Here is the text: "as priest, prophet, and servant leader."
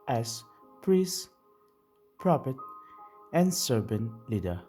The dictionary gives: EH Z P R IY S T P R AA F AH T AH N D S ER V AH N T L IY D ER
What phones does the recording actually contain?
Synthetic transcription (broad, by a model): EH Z P R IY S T P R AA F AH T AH N S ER B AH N L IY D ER